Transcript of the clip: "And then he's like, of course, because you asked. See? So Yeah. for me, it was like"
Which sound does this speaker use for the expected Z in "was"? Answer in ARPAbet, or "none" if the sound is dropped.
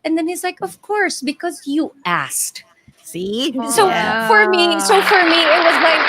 Z